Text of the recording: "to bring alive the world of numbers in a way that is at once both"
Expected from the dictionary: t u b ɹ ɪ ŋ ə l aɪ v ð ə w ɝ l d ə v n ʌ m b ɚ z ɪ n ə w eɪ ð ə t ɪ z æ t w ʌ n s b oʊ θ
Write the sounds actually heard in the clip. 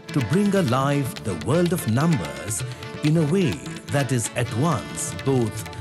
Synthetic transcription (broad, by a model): t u b ɹ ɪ ŋ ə l aɪ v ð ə w ɝ l d ə v n ʌ m b ɚ z ɪ n ə w eɪ ð ə t ɪ z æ t w ʌ n s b oʊ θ